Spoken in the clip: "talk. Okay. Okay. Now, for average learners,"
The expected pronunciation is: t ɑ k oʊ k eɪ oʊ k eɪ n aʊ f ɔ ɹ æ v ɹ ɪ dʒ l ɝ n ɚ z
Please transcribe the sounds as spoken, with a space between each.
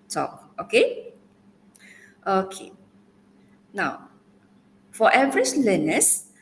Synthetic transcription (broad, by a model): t ɑ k oʊ k eɪ oʊ k eɪ n aʊ f ɔ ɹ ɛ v ɹ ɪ tʃ l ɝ n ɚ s